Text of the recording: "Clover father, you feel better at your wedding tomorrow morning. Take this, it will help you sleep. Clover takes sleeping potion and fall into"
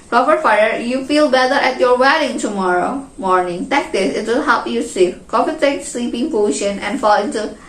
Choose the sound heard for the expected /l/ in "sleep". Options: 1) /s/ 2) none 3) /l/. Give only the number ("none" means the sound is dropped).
2